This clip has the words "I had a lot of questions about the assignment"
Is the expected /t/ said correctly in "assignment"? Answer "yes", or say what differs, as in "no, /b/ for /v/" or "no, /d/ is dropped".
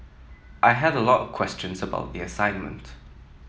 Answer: yes